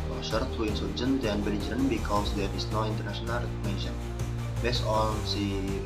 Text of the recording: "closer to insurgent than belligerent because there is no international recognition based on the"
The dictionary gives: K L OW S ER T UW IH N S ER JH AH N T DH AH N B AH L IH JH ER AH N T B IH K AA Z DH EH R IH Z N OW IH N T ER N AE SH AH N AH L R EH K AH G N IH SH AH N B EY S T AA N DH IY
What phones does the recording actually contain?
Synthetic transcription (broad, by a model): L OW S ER T UW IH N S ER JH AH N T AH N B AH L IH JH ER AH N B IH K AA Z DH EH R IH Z N OW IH N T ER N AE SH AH N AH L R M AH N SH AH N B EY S AA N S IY